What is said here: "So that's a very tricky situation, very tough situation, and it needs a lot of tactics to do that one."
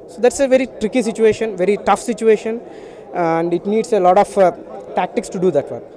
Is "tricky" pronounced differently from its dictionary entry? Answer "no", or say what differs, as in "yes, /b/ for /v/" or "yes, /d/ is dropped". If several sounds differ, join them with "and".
no